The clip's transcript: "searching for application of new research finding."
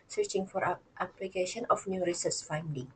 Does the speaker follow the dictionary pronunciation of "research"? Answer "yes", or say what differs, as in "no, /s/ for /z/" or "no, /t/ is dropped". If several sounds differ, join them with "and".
no, /s/ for /tʃ/